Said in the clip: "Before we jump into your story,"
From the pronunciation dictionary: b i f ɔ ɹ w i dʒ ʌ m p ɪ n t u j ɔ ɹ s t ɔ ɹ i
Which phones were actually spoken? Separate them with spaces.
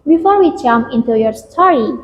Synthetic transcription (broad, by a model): b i f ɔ ɹ w i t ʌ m ɪ n t u j ɔ ɹ s t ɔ ɹ i